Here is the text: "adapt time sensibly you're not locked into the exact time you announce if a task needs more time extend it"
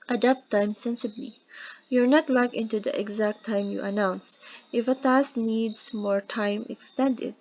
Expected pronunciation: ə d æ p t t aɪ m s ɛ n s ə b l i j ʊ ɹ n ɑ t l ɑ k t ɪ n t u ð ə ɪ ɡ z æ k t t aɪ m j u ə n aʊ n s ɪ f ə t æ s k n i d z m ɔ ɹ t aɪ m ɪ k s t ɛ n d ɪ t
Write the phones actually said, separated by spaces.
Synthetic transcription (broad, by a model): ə d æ p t t aɪ m s ɛ n s ə b l i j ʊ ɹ n ɑ t l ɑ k ɪ n t u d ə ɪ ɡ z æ k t t aɪ m j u ə n aʊ n s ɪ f ə t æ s n i d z m ɔ ɹ t aɪ m ɪ k s t ɛ n d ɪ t